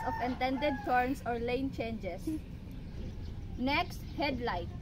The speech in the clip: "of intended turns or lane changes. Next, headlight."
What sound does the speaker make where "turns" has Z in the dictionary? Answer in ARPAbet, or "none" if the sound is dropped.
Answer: S